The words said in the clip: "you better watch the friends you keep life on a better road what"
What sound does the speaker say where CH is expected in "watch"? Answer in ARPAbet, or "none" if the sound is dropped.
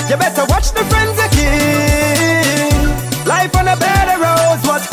CH